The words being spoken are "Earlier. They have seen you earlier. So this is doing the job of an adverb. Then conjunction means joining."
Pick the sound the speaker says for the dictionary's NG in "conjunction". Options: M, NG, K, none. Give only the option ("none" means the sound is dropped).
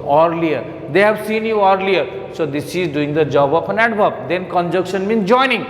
none